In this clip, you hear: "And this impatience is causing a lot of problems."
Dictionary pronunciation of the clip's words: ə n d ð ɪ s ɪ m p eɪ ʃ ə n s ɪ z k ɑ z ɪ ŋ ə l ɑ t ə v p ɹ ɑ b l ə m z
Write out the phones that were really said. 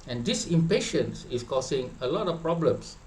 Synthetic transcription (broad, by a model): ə n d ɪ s ɪ m p eɪ ʃ ə n s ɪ s k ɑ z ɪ ŋ ə l ɑ t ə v p ɹ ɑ b l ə m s